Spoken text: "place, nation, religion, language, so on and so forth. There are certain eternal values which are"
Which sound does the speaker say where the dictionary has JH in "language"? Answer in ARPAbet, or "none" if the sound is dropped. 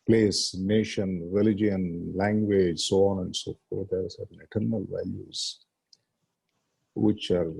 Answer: JH